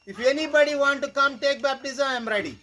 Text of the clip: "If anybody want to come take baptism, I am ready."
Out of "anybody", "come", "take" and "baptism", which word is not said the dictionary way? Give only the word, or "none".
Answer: baptism